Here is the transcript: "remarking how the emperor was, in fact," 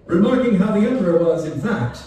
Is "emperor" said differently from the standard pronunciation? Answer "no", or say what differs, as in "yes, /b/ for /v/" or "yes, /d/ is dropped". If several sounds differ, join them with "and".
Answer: yes, /m/ is dropped